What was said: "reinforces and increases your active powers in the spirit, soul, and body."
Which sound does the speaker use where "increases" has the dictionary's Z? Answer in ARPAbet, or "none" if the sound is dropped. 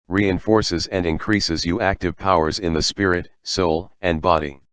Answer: Z